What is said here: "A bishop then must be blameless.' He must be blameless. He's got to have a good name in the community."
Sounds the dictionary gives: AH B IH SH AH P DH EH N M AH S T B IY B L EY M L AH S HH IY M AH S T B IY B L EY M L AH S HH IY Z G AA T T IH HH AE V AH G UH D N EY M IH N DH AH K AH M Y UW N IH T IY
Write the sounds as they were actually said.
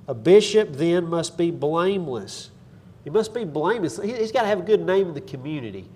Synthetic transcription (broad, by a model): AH B IH SH AH P DH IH N M AH S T B IY B L EY M L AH S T M AH S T B IY B L EY M L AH S HH IY Z G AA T T IH V AH G UH D N EY M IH N DH AH K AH M Y UW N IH T IY